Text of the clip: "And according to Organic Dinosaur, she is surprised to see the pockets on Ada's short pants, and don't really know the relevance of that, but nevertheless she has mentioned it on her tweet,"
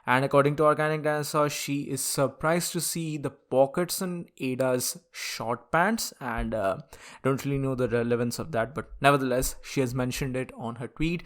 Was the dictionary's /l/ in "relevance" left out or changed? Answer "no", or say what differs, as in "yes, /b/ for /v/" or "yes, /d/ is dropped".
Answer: no